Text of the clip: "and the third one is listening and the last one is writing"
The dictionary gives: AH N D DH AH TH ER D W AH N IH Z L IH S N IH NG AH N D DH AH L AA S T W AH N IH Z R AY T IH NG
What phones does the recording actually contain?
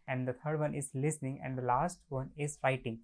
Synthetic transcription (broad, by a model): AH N D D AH T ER D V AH N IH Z L IH S N IH NG AH N D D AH L AA S T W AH N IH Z R AY T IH NG